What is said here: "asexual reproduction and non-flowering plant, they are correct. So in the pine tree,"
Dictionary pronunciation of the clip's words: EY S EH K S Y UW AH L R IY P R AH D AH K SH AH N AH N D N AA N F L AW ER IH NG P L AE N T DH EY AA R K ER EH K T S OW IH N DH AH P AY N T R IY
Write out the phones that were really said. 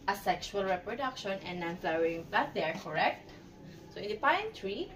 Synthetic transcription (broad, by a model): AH S EH K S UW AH L R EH P R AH D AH K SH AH N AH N N AA N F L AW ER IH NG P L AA T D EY AA R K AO EH K T S OW IH N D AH P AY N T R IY